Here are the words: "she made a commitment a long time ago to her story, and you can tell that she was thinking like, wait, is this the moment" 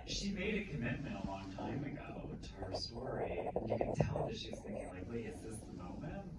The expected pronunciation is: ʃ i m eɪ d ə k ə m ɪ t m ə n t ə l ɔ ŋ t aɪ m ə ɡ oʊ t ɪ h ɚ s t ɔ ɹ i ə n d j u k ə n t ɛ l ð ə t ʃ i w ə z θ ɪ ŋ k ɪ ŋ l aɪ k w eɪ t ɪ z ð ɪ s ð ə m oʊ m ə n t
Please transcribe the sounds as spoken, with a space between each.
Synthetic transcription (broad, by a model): ʃ i m eɪ d ə k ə m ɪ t m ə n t ə l ɔ ŋ t aɪ m ə ɡ oʊ t ɪ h ɚ s t ɔ ɹ i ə n j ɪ k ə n t ɛ l ð ə t ʃ i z θ ɪ ŋ k ɪ ŋ l aɪ k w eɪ ɪ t ð ɪ s ð ə m oʊ m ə n t